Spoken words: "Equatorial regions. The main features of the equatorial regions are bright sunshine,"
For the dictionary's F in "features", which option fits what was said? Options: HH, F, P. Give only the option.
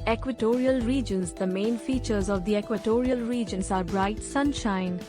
F